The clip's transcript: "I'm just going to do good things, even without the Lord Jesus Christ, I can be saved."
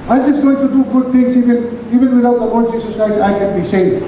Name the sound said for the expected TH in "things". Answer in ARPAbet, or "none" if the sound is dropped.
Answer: T